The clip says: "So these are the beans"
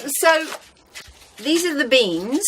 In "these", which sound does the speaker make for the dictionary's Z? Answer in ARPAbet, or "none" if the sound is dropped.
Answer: Z